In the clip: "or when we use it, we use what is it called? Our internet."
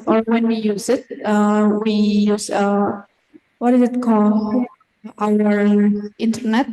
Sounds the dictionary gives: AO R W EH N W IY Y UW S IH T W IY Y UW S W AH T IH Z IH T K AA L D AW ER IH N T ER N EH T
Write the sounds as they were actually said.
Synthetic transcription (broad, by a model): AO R W EH N W IY Y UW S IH T W IY Y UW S W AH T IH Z IH T K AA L AW ER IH N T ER N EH T